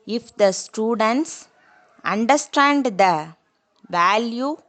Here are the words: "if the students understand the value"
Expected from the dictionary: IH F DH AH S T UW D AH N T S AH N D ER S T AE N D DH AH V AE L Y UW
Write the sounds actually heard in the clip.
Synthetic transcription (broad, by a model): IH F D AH S T UW D AH N T S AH N D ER S T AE N D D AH V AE L Y UW